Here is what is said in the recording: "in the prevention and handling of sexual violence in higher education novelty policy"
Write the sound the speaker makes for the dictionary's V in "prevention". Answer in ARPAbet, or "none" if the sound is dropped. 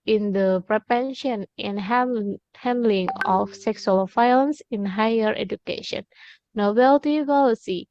P